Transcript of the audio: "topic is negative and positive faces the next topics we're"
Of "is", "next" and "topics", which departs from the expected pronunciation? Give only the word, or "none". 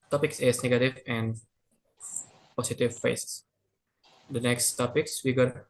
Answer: is